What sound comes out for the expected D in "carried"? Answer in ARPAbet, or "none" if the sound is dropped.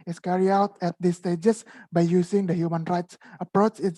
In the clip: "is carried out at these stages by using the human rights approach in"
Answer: none